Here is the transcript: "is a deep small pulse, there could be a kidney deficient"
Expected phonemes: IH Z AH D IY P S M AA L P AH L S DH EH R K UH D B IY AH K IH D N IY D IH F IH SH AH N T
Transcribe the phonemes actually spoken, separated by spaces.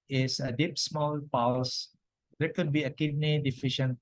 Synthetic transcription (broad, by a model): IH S AH D IY P S M AA L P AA W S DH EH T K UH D B IY AH K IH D N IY D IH F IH SH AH N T